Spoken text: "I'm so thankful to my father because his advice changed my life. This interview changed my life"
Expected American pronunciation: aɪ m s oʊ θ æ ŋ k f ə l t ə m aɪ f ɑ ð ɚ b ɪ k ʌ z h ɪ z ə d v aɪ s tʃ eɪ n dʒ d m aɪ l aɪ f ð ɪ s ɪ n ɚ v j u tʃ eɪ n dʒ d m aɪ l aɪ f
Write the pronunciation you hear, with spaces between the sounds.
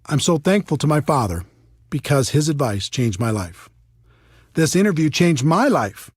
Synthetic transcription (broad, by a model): aɪ m s oʊ θ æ ŋ k f l t ə m aɪ f ɑ ð ɚ b ɪ k ʌ z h ɪ z ə d v aɪ s tʃ eɪ n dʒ m aɪ l aɪ f ð ɪ s ɪ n ɚ v j u tʃ eɪ n dʒ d m aɪ l aɪ f